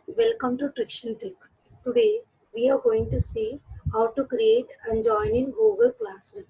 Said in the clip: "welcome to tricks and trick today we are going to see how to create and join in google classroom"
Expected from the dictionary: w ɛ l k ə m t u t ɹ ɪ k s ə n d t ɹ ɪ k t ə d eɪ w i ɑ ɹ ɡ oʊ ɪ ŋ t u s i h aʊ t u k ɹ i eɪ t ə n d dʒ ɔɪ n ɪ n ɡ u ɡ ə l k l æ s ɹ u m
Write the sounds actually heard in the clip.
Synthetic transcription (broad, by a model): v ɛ l k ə m t u t ɹ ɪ k ʃ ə n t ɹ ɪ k t ə d eɪ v i ɑ ɹ ɡ oʊ ɪ ŋ t u s i h aʊ t u k ɹ i eɪ t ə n dʒ ɔɪ n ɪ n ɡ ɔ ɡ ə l k l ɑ s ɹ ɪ